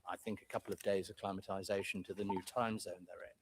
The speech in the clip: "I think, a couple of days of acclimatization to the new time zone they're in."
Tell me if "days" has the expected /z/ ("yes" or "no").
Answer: no